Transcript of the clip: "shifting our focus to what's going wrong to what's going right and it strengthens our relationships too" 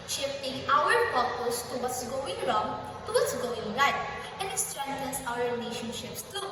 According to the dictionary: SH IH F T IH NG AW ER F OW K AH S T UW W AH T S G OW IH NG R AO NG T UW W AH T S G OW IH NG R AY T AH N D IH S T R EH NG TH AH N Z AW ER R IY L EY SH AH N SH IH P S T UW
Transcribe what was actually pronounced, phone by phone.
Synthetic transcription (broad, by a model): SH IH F T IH NG AW ER P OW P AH S T UW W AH T S G OW IH NG R AO NG T UW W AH T S G OW IH NG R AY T AH N D IH S T R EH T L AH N S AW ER R IY L EY SH AH N SH IH P S T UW